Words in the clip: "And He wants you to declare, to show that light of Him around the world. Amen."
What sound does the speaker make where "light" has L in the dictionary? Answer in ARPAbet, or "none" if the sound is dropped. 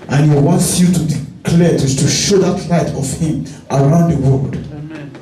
L